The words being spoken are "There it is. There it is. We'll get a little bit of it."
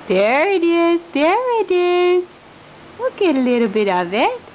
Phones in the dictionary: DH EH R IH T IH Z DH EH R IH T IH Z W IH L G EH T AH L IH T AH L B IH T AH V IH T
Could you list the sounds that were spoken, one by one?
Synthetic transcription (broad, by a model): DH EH R IH T IH Z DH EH R IH T IH Z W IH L G EH T AH L IH T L B IH T AH V IH T